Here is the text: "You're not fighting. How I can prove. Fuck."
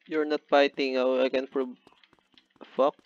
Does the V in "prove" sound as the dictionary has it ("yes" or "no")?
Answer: no